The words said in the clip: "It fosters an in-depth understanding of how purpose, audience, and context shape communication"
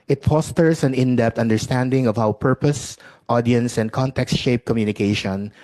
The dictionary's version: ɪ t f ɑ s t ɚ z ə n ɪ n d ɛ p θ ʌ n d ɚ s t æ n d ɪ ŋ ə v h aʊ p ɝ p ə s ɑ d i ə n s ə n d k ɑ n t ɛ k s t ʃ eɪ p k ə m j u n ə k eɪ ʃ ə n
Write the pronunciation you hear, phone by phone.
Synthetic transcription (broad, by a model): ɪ t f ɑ s t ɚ s ə n ɪ n d ɛ p t ʌ n d ɚ s t æ n d ɪ ŋ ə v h aʊ p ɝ p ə s ɑ d i ə n s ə n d k ɑ n t ɛ k s t ʃ eɪ p k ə m j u n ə k eɪ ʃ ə n